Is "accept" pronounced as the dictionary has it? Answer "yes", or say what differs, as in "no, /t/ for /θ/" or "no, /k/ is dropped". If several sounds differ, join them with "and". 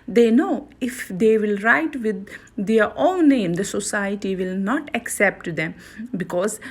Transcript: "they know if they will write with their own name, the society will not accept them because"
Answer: yes